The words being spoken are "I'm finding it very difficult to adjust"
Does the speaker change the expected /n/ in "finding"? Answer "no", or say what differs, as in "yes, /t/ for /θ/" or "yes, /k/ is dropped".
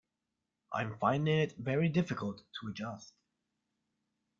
no